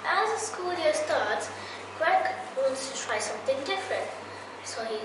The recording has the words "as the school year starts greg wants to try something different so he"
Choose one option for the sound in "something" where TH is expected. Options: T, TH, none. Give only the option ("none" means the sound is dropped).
TH